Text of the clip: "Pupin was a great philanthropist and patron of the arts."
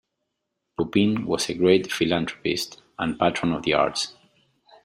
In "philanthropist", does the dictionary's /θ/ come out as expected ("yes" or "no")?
no